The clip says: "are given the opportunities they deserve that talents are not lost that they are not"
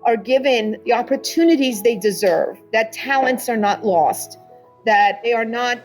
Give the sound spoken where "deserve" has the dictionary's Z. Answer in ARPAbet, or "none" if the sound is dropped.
Z